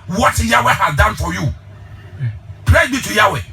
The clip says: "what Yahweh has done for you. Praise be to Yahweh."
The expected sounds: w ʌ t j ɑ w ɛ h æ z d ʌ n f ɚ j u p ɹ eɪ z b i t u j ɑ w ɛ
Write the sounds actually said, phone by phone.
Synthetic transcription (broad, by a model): w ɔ t j ɑ w ɛ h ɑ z d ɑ n f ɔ j u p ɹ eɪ b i t u j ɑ w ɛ